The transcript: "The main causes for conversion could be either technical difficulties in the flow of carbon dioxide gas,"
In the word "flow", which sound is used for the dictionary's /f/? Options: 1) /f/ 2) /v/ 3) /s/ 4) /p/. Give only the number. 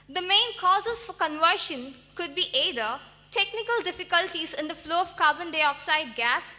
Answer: 1